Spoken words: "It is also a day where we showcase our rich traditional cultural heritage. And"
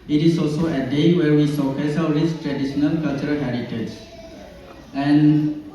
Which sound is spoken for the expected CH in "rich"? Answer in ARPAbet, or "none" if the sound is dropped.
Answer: S